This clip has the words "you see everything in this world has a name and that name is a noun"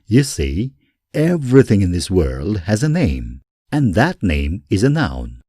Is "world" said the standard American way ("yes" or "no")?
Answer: yes